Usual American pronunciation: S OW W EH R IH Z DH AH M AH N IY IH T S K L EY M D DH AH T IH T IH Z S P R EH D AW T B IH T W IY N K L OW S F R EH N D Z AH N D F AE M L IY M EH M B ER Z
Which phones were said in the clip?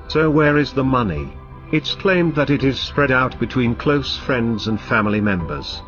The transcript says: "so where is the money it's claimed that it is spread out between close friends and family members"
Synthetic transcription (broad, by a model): S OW W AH R IH Z DH AH M AH N IY IH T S K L EY M DH AH T IH T IH Z S P R EH D AW T B IH T W IY N K L OW S F R EH N D Z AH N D F AE M L IY M EH M B ER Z